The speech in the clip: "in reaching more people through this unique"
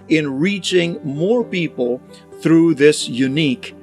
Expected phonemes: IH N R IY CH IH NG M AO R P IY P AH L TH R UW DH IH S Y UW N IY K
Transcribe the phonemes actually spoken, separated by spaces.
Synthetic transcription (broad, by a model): IH N R IY CH IH NG M AO R P IY P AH L TH R UW DH IH S Y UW N IY K